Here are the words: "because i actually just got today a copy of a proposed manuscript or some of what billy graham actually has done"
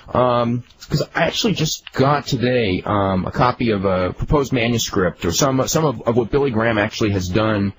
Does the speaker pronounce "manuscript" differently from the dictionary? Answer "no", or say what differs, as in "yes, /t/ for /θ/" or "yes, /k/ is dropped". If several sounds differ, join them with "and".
no